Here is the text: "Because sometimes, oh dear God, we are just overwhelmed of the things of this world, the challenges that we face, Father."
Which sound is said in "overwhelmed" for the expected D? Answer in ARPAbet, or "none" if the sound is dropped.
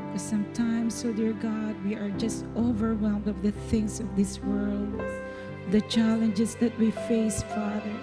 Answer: D